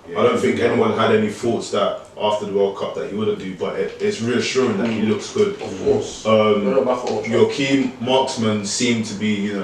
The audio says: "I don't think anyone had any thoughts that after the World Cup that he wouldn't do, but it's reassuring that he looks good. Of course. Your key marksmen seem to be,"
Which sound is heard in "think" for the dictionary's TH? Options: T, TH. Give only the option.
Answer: TH